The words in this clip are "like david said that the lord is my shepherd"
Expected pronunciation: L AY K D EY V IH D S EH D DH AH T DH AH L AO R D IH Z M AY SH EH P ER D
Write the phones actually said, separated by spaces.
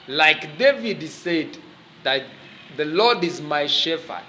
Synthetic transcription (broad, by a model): L AY K D EY V IH D S EH D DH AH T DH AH L AO D IH Z M AY SH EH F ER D